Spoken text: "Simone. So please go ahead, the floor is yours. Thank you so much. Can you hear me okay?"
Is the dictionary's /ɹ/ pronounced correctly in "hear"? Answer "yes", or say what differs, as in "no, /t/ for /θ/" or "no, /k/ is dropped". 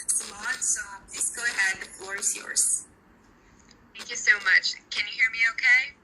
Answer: yes